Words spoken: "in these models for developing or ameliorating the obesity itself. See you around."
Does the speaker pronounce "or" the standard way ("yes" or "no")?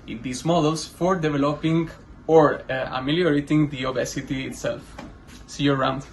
yes